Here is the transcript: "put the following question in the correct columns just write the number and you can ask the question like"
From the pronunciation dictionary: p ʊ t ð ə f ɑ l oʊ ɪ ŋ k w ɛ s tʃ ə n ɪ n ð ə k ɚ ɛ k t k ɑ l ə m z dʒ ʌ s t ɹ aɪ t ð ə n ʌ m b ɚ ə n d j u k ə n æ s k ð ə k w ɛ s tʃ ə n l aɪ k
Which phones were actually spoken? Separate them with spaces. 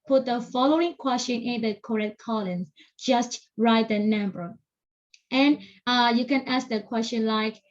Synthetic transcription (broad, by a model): p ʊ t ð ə f ɑ l oʊ ɪ ŋ k w ɛ s tʃ ə n ɪ n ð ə k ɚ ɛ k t k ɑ l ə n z dʒ ʌ s t ɹ aɪ t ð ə n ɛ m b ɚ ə n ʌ j u k ə n æ s k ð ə k w ɛ s tʃ ə n l aɪ k